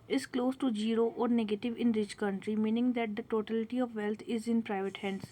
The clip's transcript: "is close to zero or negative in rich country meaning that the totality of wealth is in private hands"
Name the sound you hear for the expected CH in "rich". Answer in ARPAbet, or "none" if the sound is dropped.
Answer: CH